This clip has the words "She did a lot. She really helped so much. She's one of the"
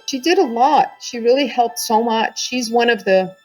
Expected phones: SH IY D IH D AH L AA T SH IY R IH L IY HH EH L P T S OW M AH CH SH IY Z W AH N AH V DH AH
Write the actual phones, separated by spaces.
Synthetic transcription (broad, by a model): SH IY D IH D AH L AA T SH IY R IH L IY HH EH L P T S OW M AH CH SH IY Z W AH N AH V DH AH